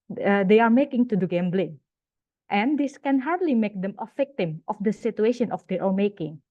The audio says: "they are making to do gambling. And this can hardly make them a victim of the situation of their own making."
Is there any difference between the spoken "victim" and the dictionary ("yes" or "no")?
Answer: yes